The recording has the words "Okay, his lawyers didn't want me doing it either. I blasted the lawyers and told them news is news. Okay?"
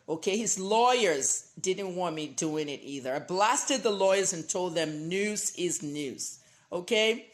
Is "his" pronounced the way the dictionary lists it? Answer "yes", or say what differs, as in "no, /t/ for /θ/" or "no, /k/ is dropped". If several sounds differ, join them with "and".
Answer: yes